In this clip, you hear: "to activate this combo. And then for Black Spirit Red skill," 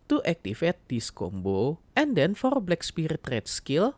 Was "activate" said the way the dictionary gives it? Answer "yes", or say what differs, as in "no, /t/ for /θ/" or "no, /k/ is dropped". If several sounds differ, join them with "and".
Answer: no, /f/ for /v/